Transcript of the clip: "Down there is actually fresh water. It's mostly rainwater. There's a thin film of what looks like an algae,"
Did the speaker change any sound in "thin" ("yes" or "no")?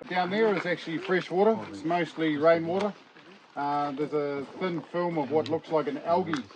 no